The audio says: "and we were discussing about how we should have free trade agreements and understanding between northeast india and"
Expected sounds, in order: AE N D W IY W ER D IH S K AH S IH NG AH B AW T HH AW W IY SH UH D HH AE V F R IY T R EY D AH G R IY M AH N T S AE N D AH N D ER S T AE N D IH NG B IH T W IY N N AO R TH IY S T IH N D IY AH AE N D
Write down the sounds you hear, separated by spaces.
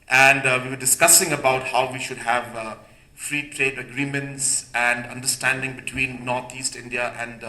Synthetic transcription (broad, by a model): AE N D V IY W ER D IH S K AH S IH NG AH B AW T HH AW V IY SH UH D HH AE V F R IY T R EY D AH G R IY M AH N T S AE N D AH N D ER S T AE N D IH NG B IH T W IY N N AO R T IY S T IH N D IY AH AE N D